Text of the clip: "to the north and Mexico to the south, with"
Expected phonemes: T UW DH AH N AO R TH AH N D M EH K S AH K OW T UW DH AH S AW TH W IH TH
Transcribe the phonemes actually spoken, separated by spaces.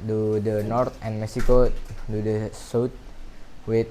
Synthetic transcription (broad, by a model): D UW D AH N AO R T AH N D M EH K S AH K OW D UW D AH S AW T W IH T